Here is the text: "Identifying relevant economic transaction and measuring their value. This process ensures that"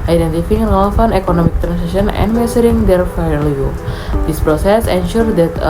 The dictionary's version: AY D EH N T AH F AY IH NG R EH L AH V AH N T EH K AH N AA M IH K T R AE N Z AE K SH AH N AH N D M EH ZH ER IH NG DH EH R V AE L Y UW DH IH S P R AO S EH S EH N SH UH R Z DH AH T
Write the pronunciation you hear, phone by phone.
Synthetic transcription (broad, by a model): AY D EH N T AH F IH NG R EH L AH F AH N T EH K AH N AA M IH K T R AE N S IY SH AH N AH N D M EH S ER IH NG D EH R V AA L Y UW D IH S P R AO S EH S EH N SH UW R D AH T